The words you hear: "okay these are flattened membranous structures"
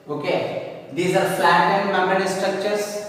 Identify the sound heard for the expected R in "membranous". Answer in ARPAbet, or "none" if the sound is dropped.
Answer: none